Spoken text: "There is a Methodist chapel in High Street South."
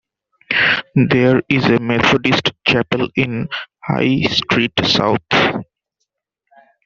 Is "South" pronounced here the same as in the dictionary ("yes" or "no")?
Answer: no